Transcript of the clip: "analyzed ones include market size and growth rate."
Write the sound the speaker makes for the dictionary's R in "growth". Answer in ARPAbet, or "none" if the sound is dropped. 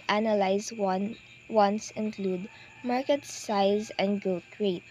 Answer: none